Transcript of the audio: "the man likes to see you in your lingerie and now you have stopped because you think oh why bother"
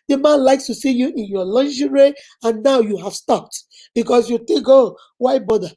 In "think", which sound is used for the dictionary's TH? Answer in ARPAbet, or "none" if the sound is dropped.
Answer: T